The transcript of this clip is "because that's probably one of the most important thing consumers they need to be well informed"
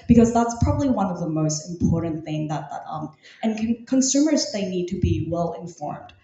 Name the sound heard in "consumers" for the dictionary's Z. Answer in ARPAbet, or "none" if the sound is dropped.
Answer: Z